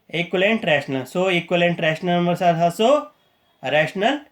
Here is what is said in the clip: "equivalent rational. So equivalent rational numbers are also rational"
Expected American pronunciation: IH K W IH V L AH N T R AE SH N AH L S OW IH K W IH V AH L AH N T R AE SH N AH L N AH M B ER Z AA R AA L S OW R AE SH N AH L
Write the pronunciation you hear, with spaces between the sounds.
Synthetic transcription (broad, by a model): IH K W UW L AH N T R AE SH N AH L S OW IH K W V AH L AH N T R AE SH N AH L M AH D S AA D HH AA S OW R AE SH N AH L